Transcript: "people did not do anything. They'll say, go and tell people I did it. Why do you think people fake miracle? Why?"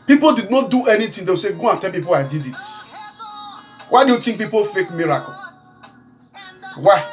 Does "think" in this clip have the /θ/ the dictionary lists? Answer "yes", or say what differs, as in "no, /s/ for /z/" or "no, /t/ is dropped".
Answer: no, /t/ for /θ/